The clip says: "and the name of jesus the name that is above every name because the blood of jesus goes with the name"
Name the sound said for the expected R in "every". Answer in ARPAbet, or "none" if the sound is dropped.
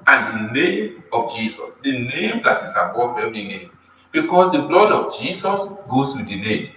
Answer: none